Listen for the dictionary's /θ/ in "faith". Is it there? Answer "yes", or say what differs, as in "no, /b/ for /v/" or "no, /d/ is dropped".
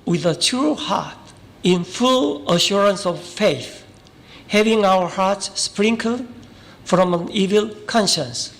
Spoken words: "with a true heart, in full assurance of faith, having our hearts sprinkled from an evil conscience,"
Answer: yes